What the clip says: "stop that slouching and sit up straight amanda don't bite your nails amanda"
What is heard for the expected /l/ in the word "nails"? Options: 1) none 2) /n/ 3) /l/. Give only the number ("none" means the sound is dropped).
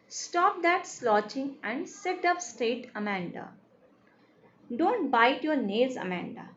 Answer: 1